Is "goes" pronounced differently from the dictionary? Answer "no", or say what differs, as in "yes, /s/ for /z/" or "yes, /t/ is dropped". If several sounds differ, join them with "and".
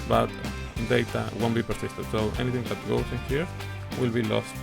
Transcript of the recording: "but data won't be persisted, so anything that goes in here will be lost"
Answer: yes, /s/ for /z/